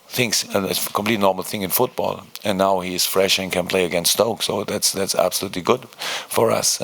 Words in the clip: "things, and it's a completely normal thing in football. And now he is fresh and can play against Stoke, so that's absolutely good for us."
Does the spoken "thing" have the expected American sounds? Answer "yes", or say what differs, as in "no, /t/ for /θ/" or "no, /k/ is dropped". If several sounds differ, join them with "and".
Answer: yes